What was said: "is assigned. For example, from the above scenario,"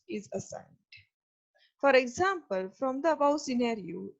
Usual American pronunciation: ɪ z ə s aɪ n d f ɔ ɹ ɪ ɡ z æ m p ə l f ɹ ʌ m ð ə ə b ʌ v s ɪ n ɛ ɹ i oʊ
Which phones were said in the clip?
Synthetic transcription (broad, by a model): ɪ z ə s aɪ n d f ɔ ɹ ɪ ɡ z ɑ m p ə l f ɹ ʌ m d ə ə ʊ s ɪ n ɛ ɹ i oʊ